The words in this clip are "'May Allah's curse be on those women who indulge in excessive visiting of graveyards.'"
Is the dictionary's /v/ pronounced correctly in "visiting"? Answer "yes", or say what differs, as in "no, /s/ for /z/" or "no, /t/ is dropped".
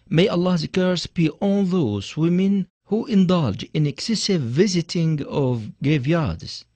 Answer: yes